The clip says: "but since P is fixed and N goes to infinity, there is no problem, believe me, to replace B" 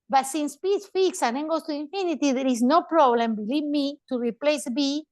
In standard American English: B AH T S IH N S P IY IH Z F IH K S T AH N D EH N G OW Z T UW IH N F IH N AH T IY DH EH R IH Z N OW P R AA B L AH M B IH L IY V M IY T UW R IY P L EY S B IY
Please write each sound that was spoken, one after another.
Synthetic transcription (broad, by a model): B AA T S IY N S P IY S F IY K S AH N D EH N G OW S T UW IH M F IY N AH T IY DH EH R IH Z N OW P R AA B L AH M B IH L IY V M IY T UW R IY P L EY S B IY